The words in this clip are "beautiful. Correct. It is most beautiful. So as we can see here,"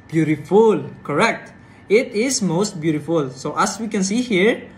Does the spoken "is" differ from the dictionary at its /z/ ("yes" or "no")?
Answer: yes